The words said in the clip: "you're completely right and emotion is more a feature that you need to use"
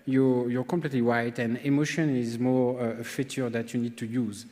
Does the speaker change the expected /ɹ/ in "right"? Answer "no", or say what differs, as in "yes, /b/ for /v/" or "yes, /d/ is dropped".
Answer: yes, /w/ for /ɹ/